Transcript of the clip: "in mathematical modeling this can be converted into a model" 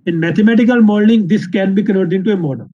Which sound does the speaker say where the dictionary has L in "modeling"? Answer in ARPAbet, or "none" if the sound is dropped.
N